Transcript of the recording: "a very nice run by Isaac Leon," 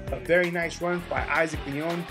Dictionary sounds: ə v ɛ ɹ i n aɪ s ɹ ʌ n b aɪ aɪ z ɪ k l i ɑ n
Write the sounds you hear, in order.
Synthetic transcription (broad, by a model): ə v ɛ ɹ i n aɪ s w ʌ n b aɪ aɪ z ɪ k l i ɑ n